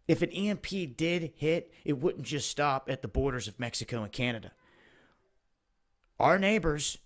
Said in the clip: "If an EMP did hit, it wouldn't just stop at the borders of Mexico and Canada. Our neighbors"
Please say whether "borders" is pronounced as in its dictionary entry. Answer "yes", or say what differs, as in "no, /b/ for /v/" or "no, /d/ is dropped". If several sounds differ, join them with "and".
yes